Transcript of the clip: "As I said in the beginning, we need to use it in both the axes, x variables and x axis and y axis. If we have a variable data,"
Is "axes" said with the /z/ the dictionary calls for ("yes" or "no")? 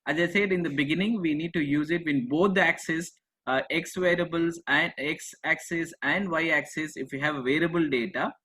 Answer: no